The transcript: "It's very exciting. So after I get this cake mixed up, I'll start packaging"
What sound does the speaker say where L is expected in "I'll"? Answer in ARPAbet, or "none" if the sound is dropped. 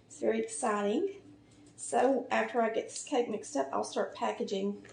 L